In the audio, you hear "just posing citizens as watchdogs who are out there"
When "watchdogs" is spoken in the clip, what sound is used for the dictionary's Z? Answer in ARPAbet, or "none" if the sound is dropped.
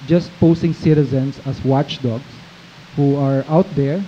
S